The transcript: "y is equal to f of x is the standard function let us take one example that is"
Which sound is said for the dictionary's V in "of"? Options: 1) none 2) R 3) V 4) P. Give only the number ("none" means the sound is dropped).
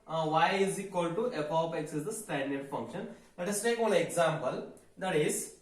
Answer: 4